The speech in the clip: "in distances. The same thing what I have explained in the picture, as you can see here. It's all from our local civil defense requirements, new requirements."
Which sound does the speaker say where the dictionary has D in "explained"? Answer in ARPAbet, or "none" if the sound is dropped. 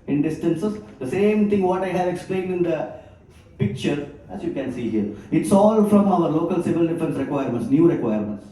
D